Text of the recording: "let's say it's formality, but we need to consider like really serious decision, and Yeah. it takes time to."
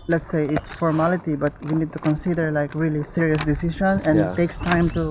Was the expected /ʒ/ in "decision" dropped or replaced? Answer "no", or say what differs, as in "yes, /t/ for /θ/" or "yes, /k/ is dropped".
yes, /ʃ/ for /ʒ/